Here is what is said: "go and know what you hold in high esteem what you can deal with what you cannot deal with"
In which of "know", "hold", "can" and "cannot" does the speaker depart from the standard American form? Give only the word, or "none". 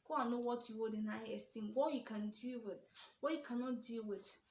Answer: hold